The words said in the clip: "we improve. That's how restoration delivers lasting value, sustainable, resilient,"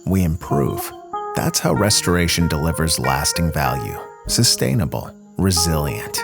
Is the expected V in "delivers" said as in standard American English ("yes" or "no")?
yes